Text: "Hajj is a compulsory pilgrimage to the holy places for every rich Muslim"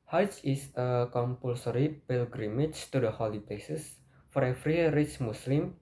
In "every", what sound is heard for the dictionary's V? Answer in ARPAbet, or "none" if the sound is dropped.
F